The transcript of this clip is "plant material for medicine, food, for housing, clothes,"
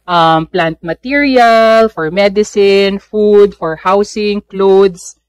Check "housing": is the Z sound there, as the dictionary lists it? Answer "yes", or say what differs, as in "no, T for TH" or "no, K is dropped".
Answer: no, S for Z